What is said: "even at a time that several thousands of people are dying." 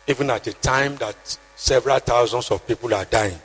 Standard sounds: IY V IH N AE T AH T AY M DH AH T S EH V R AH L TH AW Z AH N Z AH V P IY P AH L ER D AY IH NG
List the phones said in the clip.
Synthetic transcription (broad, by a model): IY V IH N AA T AH T AY M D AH T S EH V R AH L T AW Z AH N S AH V P IY P AH L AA D AY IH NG